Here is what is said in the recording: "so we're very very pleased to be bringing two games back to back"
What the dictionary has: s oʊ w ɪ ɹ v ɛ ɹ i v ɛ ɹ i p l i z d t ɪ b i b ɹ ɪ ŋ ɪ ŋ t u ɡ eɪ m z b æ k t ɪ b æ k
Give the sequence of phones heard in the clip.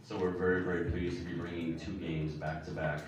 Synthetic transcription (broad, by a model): s oʊ w ɪ ɹ v ɛ ɹ i v ɛ ɹ i p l i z t ɪ b i b ɹ ɪ ŋ ɪ ŋ t u ɡ eɪ m z b æ k t ɪ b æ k